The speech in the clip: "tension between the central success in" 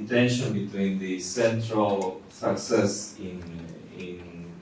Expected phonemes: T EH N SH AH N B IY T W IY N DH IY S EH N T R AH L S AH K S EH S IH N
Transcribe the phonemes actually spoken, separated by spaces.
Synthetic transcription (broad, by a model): T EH N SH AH N B IY T W IY N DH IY S EH N T R AH L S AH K S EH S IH N